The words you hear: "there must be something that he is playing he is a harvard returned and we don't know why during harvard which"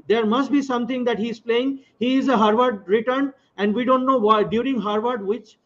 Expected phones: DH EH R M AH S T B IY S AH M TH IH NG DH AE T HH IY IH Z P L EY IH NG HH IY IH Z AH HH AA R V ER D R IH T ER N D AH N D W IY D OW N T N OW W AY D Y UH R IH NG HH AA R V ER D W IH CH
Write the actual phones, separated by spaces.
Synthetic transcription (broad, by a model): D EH R M AH S T B IY S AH M T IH NG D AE T HH IY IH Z P L EY IH NG HH IY IH Z AH HH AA R V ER D R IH T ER N AH N D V IY D OW N T N OW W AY D Y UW R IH NG HH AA R V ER D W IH CH